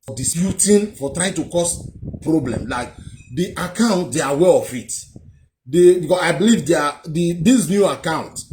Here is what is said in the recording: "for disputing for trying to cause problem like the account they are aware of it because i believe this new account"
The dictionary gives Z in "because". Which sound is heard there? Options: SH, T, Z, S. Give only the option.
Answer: S